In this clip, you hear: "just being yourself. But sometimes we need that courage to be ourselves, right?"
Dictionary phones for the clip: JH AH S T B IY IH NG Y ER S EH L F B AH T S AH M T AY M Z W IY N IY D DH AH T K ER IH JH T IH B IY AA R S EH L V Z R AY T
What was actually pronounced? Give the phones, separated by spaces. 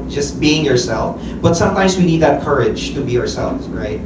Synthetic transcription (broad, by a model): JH AH S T B IY IH NG Y ER S EH L F B AH T S AH M T AY M Z W IY N IY D DH AH T K ER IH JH T IH B IY AA R S EH L V Z R AY T